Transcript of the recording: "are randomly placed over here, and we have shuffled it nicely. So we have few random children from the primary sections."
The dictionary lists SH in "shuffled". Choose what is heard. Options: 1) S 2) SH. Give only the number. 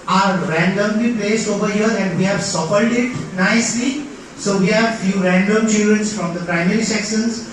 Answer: 1